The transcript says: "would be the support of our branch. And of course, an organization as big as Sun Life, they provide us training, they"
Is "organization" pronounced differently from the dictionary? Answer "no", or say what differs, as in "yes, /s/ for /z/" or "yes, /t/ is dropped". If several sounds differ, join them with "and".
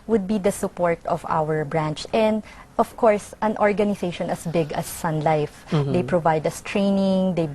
yes, /s/ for /z/